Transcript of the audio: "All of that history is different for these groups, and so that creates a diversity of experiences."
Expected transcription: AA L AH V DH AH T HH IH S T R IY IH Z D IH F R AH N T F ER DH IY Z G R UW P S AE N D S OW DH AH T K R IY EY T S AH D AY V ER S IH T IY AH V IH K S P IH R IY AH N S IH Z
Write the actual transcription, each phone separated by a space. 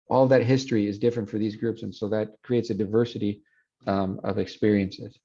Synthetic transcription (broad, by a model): AA L AH V DH AH T HH IH S T R IY IH Z D IH F R AH N T F ER DH IY Z G R UW P S N S OW DH AH T K R IY EY T S AH D AY V ER S IH T IY AH V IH K S P IH R IY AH N S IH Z